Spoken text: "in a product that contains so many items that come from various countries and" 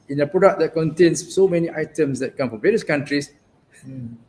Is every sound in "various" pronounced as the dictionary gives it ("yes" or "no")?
yes